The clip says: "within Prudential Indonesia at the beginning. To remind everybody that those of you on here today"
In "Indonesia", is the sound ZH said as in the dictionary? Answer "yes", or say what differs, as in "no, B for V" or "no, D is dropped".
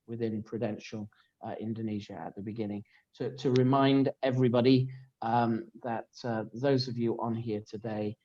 yes